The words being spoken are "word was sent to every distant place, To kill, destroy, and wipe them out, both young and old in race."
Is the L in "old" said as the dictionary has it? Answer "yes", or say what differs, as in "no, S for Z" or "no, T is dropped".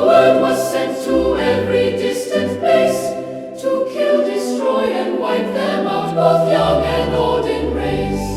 no, L is dropped